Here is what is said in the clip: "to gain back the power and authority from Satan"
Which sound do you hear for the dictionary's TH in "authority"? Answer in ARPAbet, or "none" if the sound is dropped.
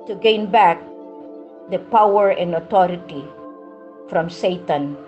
T